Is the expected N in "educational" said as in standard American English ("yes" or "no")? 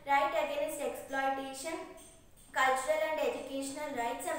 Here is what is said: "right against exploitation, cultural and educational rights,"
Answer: yes